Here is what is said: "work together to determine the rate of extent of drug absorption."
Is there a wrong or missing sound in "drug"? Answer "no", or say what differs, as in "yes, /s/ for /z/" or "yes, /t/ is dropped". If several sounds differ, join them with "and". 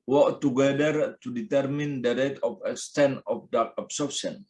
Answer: yes, /ɹ/ is dropped and /ɡ/ is dropped